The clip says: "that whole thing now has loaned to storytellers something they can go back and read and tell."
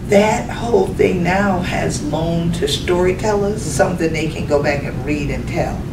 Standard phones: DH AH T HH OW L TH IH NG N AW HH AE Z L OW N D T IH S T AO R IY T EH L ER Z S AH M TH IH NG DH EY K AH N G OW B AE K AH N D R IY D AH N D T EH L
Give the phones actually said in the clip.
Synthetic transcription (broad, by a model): DH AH T HH OW L TH IH NG N AW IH Z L OW N T IH S T AO R IY T EH L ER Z S AH M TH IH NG DH EY K AH N G OW B AE K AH N R IY D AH N T EH L